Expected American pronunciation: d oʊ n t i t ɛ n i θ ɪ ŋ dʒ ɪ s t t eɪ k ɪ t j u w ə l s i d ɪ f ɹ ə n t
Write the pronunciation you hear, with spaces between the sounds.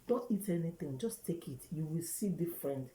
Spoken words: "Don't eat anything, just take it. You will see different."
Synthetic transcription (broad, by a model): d oʊ n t i t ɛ n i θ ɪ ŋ dʒ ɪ s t t eɪ k ɪ t j u w ə l s i d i f ɹ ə n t